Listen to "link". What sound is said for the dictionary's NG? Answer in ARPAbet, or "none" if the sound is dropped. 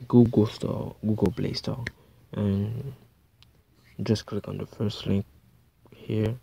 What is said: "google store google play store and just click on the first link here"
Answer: NG